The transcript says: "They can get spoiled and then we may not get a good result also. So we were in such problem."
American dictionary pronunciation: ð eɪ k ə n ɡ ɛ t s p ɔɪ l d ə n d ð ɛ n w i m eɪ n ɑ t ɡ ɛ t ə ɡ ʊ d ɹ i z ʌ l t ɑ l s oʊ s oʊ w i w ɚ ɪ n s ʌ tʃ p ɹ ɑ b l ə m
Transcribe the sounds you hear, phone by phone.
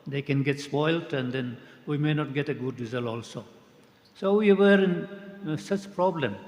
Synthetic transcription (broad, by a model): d eɪ k ə n ɡ ɛ t s p ɔɪ l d ə n d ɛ n w i m eɪ n ɑ t ɡ ɛ t ə ɡ ʊ d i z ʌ l ɑ l s oʊ s oʊ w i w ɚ ɪ n s ʌ tʃ p ɹ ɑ b l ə m